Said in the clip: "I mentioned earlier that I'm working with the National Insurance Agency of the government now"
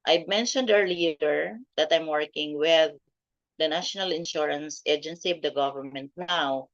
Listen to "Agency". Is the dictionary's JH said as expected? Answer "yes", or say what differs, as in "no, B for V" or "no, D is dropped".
yes